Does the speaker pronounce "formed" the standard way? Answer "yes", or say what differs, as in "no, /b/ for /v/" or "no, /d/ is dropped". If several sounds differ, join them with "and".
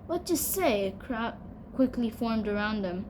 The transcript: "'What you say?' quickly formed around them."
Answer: yes